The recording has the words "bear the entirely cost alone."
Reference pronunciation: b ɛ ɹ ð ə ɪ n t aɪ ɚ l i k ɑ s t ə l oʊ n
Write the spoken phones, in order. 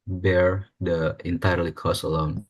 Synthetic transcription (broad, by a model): b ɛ ɹ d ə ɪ n t aɪ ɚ l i k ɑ s ə l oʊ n